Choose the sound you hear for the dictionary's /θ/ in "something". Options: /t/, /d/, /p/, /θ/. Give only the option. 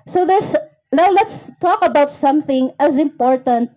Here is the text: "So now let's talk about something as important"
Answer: /θ/